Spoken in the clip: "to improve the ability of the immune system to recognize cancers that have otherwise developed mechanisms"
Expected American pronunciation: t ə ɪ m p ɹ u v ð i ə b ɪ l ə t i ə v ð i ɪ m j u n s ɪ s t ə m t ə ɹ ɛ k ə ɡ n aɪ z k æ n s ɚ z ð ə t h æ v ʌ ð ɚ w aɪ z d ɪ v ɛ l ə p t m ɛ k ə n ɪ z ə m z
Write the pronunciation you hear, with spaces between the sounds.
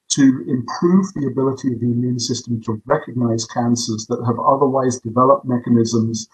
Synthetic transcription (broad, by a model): t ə ɪ m p ɹ u v ð i ə b ɪ l ə t i ə v ð i ɪ m j u n s ɪ s t ə m t ə ɹ ɛ k ə ɡ n aɪ z k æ n s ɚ z ð ə t h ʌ v ʌ ð ɚ w aɪ z d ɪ v ɛ l ə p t m ɛ k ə n ɪ z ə m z